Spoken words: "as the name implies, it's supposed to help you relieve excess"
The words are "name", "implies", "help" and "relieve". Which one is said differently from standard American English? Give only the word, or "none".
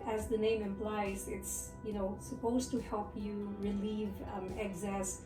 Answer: none